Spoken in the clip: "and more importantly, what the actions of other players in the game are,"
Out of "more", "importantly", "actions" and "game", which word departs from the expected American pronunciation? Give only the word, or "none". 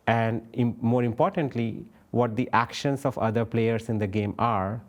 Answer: actions